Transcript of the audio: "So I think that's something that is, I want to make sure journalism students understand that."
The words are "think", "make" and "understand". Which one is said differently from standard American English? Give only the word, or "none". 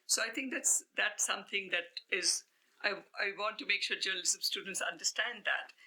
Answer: think